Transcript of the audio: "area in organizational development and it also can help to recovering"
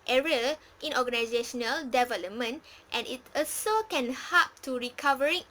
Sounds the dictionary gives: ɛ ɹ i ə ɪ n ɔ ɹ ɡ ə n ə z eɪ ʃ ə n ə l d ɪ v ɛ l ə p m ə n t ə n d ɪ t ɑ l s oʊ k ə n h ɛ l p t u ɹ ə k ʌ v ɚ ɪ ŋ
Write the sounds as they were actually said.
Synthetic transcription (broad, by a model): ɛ ɹ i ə ɪ n ɔ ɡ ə n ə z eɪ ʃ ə n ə l d ɪ v ɛ l ə p m ə n t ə n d ɪ t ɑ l s oʊ k ə n h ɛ p t u ɹ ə k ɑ v ɚ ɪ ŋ